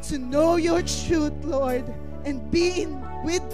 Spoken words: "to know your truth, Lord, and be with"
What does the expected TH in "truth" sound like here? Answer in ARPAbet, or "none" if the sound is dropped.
T